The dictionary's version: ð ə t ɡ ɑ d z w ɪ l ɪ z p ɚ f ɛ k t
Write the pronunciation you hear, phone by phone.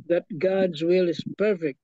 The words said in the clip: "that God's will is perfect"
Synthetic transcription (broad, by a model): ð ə t ɡ ɑ d z w ɪ l ɪ z p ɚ f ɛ k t